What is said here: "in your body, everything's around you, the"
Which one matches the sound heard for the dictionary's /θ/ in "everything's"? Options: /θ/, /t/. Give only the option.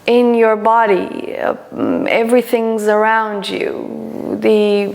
/θ/